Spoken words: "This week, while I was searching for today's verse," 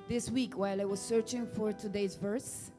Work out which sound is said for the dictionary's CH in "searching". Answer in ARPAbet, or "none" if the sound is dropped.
CH